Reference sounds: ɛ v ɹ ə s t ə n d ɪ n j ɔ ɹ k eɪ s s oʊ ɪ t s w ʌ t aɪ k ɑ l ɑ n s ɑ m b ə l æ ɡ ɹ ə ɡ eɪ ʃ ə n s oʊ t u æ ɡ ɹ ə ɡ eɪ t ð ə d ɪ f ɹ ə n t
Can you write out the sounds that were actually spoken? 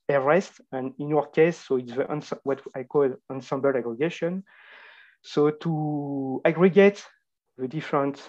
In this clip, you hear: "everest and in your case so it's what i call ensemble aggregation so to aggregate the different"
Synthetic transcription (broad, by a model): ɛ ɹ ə s t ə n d ɪ n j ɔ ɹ k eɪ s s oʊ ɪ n s w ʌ t aɪ k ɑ l ɑ n s ɑ m b ə l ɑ ɡ ɹ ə ɡ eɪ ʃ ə n s oʊ t u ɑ ɡ ɹ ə ɡ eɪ t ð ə d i f ɹ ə n t